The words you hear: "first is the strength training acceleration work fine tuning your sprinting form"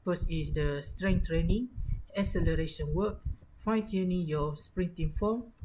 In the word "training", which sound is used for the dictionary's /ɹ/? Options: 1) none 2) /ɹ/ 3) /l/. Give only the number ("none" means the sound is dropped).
2